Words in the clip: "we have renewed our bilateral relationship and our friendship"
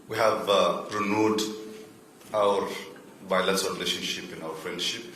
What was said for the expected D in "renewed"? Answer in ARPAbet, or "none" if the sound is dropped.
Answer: D